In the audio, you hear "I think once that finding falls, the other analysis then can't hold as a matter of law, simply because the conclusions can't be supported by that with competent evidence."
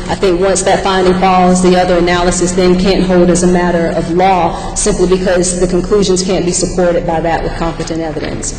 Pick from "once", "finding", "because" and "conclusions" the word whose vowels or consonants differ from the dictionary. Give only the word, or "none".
none